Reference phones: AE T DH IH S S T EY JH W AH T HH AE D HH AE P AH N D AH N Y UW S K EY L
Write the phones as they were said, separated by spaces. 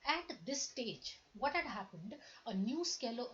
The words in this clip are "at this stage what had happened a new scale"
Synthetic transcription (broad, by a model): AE T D IH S S T EY JH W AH T HH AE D HH AE P AH N D AH N Y UW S K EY L